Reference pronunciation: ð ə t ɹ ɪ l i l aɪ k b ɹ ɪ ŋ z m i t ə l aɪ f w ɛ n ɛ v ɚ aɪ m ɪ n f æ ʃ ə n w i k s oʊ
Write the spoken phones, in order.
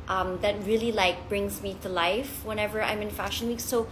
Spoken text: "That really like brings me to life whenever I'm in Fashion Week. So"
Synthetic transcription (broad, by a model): ð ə t ɹ ɪ l i l aɪ k b ɹ ɪ ŋ z m i t ə l aɪ f w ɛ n ɛ v ɚ aɪ m ɪ n f æ ʃ ə n w i k s oʊ